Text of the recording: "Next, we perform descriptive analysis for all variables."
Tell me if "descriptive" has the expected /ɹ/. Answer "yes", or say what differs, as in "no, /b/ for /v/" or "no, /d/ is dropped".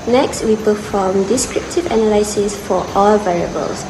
yes